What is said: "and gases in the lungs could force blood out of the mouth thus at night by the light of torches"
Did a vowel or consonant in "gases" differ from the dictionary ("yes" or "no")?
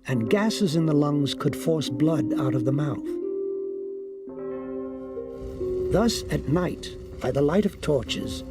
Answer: no